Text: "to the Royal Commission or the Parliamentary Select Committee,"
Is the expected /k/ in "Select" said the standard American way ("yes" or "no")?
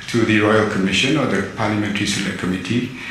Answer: no